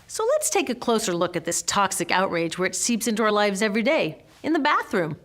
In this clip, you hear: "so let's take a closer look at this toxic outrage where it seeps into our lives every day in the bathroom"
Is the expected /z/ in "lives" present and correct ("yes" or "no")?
yes